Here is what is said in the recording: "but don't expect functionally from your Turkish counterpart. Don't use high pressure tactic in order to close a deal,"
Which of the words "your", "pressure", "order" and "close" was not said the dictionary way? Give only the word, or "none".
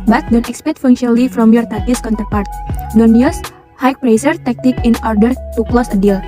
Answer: pressure